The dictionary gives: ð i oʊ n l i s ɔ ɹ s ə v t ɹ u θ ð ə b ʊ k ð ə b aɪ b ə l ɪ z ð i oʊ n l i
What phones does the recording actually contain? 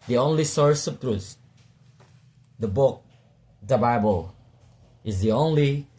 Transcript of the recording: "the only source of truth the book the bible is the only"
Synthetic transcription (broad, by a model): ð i oʊ n l i s ɔ ɹ s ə p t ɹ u s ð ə b ʊ k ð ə b aɪ b ə l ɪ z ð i oʊ n l i